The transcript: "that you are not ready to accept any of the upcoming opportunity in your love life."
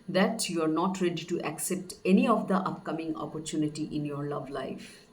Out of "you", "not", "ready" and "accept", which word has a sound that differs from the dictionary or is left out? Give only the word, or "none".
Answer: none